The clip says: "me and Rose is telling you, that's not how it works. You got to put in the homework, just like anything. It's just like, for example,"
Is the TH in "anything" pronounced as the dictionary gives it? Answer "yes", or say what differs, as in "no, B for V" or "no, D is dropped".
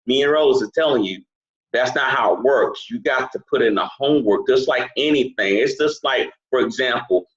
yes